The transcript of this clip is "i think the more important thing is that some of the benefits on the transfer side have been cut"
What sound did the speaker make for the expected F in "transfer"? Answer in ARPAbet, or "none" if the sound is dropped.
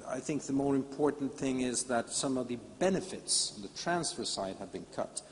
F